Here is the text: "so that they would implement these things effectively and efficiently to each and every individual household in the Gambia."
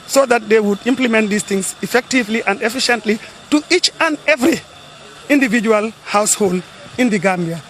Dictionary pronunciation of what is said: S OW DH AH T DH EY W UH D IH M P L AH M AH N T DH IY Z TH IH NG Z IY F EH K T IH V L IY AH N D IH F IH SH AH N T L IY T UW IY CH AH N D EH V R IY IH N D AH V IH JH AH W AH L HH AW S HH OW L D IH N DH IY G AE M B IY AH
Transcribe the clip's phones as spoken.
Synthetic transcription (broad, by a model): S OW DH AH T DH EY W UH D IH M P L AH M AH N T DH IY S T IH NG S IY F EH K T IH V L IY AH N D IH F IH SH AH N T L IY T UW IY CH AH N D EH V R IY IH N D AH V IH JH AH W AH L HH AW S HH OW L D IH N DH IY G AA M B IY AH